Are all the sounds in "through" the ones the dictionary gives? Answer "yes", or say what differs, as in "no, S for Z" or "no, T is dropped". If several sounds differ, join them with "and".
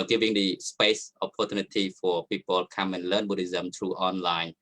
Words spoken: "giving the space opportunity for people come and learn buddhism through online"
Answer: no, T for TH